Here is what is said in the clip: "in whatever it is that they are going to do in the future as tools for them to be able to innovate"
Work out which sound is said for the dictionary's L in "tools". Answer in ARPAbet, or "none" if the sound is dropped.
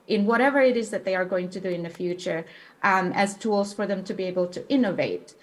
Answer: L